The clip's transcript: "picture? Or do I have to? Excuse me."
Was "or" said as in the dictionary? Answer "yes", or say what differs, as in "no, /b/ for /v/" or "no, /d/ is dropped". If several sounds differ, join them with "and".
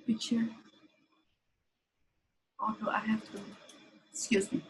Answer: no, /l/ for /ɹ/